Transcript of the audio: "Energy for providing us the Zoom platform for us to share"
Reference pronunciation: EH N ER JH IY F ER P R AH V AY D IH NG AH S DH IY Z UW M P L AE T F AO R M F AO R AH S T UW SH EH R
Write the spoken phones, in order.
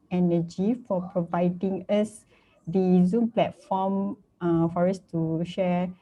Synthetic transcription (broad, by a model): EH N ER JH IY F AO P R AH V AY D IH NG AH S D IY Z UW M P L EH T F AO M F AO R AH S T UW SH EH